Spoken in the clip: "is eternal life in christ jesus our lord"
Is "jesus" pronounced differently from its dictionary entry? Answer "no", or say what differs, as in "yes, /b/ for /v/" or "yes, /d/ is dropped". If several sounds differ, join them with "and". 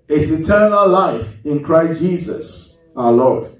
no